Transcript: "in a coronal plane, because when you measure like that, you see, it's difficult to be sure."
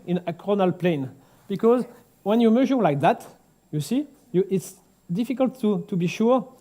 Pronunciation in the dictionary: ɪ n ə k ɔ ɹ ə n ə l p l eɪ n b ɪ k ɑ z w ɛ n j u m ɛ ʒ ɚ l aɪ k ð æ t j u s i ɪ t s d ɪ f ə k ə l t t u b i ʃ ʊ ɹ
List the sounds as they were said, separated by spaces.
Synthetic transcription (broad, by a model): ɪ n ə k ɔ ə n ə l p l eɪ n b ɪ k ɑ z w ɛ n j u m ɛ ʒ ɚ l aɪ k ð æ t j u s i ɪ t s d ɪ f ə k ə l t t u b i ʃ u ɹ